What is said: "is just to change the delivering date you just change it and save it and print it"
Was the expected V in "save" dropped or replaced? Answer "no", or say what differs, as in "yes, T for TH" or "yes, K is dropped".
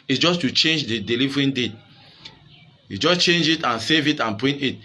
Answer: no